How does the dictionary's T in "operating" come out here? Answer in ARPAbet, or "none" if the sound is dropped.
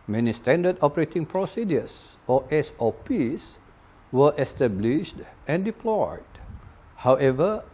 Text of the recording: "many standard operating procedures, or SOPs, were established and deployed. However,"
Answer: T